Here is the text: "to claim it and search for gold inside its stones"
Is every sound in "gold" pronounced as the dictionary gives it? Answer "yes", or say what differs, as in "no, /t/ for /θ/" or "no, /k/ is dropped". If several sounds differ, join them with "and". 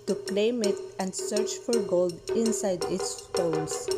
yes